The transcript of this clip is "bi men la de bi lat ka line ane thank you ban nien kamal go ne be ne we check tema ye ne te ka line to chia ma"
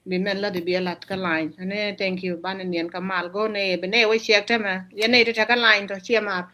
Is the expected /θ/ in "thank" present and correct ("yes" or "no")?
no